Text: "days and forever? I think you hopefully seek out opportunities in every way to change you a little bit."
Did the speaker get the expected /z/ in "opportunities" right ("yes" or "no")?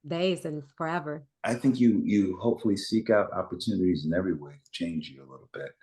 yes